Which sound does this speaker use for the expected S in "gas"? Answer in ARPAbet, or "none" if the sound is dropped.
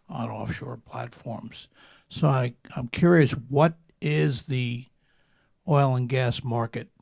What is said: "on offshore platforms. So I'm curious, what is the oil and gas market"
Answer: S